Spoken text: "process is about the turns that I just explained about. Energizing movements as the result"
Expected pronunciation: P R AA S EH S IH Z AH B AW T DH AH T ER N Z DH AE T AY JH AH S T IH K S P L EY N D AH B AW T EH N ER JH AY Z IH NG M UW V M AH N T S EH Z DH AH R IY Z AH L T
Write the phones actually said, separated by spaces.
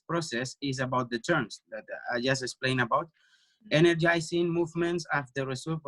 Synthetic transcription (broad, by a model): P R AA S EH S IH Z AH B AW T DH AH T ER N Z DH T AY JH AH S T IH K S P L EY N AH B AW T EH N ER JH AY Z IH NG M UW V M AH N T S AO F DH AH R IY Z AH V